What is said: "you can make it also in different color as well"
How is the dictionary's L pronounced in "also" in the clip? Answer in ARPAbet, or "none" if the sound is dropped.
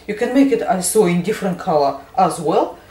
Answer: none